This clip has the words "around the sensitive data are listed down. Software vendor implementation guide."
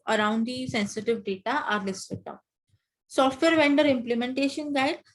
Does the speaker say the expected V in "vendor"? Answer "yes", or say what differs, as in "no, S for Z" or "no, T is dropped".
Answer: yes